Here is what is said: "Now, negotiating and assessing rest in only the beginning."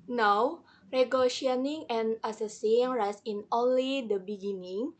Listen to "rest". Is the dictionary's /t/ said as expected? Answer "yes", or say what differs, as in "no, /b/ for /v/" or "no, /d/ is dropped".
no, /t/ is dropped